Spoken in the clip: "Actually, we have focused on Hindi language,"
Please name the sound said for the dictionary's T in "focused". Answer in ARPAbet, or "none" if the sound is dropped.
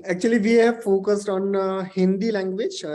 T